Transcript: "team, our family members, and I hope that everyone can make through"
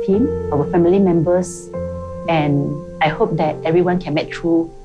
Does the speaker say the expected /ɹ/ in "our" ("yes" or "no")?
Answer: no